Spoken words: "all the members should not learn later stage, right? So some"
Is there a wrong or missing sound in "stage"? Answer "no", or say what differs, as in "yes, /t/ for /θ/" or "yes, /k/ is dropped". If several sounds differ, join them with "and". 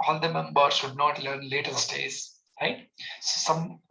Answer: yes, /z/ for /dʒ/